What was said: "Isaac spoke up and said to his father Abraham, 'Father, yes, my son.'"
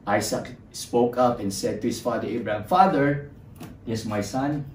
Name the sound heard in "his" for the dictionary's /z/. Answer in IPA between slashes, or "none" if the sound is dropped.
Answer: /s/